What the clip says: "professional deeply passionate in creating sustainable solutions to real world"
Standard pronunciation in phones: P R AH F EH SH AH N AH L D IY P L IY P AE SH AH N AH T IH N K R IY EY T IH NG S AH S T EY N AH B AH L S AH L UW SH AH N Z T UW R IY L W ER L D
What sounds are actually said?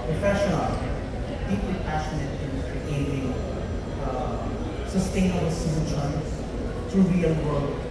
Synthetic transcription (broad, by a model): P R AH F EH SH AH N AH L D IY P L IY P AE SH AH N AH T IH N K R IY EY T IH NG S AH S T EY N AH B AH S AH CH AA AH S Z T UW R IY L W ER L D